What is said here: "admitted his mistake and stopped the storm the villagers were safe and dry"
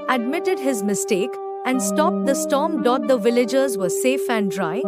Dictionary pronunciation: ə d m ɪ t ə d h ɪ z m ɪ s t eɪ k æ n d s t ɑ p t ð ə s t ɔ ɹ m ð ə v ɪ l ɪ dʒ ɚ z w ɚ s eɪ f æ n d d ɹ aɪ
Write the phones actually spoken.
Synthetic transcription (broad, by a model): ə d m ɪ t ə d h ɪ z m ɪ s t eɪ k æ n d s t ɑ p t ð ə s t ɔ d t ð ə v ɪ l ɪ dʒ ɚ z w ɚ s eɪ f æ n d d ɹ aɪ